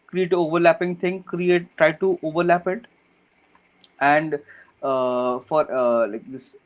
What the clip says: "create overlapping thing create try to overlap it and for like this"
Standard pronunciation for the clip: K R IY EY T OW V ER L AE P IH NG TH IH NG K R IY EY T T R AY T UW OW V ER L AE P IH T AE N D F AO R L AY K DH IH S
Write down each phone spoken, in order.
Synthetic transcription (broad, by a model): K R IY EY T OW V ER L AE P IH NG T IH NG K R IY EY T T R AY T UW OW V ER L AE P IH T AE N D F AO R L AY K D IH S